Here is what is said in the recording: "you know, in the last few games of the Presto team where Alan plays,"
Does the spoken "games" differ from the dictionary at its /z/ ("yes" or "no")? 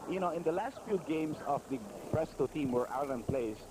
yes